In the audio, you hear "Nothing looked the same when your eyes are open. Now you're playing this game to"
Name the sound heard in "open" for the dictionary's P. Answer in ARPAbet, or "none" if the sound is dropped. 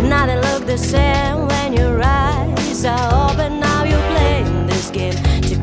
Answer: B